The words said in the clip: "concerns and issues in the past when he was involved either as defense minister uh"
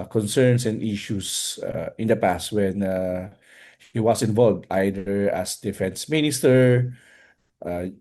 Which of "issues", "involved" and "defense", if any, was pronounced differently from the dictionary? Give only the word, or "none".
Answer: issues